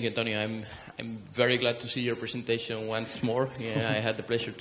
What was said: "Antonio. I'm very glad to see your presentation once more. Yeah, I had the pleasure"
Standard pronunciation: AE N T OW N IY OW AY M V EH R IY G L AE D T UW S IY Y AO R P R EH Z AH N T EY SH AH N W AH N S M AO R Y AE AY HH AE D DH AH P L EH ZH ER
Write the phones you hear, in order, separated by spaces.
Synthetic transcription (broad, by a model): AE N T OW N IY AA AY M V EH R IY G L AE D T UW S IY Y AO R P R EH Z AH N T EY SH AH N W AH N S M AO R AY HH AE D DH AH P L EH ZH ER